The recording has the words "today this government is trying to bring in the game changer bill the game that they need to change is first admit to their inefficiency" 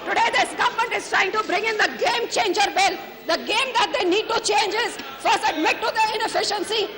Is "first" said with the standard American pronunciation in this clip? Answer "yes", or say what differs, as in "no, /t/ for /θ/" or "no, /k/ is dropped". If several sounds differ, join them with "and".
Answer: no, /t/ is dropped